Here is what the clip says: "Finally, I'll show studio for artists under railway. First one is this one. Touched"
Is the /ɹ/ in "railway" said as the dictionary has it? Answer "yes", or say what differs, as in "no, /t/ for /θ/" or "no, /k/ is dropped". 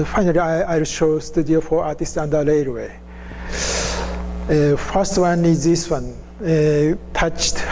no, /l/ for /ɹ/